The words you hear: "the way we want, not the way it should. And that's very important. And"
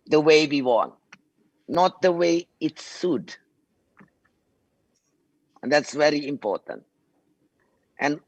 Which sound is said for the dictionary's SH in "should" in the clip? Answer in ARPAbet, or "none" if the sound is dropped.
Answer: S